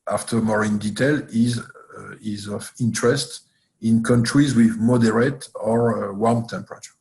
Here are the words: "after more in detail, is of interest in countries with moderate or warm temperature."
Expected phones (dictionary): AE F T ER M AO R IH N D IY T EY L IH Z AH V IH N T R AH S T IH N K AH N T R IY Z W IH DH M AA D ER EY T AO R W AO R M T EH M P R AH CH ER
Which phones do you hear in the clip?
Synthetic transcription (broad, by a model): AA F T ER M AO R IH N D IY T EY L IH Z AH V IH N T R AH S T IH N K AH N T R IY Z W IH DH M AA D ER EY T AO R W AO R M T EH M P R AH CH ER